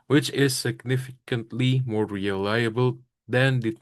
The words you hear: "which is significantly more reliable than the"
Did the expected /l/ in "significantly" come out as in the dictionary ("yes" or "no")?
yes